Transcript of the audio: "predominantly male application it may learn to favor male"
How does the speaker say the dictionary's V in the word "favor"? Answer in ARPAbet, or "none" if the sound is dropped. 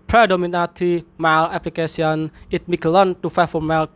F